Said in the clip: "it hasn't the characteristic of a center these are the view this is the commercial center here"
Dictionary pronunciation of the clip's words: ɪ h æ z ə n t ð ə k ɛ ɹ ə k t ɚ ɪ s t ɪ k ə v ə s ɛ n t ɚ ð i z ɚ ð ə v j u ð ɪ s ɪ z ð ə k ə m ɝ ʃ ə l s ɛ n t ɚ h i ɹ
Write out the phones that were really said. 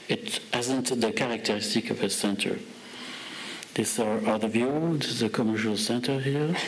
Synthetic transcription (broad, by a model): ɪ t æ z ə n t ð ə k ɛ ɹ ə k t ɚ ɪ s t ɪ k ə v ə s ɛ n t ɚ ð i s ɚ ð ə v j u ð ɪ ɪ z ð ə k ə m ɝ ʃ ə l s ɛ n t ɚ h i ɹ